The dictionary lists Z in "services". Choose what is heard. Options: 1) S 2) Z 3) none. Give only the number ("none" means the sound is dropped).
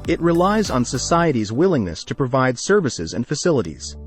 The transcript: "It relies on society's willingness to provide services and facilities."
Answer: 2